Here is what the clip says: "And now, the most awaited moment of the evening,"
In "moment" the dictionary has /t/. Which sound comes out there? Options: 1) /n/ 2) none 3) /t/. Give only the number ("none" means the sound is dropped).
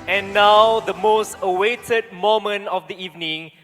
2